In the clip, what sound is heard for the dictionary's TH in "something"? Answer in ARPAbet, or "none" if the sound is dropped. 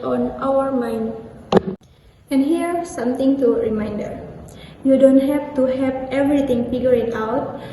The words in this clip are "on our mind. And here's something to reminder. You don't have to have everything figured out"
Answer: T